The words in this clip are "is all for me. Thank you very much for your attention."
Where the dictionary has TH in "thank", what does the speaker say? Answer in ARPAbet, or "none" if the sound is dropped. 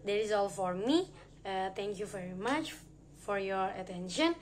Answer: T